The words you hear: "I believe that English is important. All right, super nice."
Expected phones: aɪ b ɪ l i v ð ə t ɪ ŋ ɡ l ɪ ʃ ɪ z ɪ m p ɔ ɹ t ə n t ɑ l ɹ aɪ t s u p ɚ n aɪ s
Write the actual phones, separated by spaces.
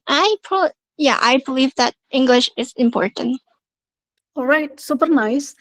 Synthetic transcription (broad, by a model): aɪ b ɪ l i v ð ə t ɪ ŋ ɡ l ɪ ʃ ɪ z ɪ m p ɔ ɹ t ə n t ɑ l ɹ aɪ t s u p ɚ n aɪ s